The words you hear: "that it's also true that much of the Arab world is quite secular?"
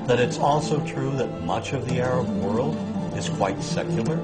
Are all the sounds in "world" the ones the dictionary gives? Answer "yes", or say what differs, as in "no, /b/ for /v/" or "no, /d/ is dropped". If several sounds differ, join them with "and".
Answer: yes